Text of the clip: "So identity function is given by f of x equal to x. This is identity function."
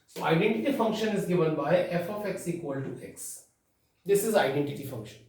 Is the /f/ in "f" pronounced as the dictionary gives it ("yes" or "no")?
yes